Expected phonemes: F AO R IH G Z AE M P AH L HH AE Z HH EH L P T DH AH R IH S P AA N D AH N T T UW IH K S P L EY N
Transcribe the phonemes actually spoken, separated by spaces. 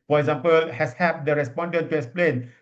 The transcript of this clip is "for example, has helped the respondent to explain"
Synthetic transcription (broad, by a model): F AO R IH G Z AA M P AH L HH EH S HH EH P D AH R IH S P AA N D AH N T T UW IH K S P L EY N